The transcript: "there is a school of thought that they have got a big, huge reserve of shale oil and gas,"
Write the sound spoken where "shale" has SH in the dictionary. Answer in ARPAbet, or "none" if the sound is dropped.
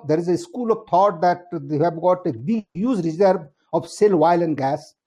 S